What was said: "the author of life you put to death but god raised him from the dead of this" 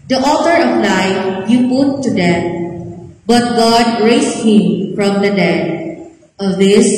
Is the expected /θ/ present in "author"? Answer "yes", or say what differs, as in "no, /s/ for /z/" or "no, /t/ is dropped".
no, /t/ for /θ/